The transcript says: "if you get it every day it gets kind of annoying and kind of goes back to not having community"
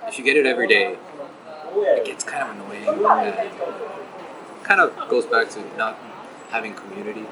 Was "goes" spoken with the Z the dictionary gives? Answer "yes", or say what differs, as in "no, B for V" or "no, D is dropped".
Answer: yes